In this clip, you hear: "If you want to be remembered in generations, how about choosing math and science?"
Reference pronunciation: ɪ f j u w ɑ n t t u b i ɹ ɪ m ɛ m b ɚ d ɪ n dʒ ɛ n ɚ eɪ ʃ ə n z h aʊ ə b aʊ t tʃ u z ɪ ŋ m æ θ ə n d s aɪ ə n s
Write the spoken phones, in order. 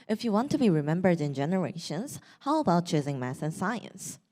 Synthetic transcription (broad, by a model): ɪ f j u w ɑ n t t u b i ɹ ɪ m ɛ m b ɚ d ɪ n dʒ ɛ n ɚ eɪ ʃ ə n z h aʊ ə b aʊ t tʃ u z ɪ ŋ m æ s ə n s aɪ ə n s